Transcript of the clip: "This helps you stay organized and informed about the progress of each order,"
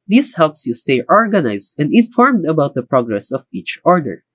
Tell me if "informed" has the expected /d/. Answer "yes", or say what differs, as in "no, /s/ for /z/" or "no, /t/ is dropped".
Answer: yes